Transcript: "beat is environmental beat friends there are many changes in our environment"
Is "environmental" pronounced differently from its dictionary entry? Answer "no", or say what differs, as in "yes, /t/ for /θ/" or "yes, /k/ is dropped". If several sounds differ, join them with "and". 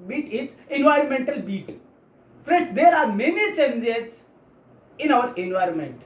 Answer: no